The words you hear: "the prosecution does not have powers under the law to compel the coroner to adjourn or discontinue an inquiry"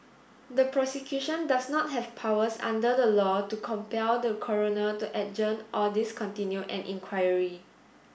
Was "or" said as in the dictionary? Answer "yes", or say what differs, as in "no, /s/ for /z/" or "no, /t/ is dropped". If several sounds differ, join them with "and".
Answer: no, /l/ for /ɹ/